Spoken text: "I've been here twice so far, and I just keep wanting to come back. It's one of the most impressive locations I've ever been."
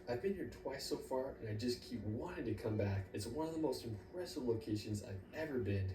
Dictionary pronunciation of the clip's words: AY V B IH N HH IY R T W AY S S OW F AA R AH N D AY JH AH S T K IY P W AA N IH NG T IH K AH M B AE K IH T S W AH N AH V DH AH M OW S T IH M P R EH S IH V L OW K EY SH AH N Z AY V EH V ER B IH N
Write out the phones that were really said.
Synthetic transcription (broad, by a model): AY V B IH N HH IY R T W AY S S OW F AA R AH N AY JH AH S K IY P W AA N IH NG T IH K AH M B AE K IH T S W AH N AH V DH AH M OW S T IH M P R EH S IH V L OW K EY SH AH N Z AY V EH V ER B IH N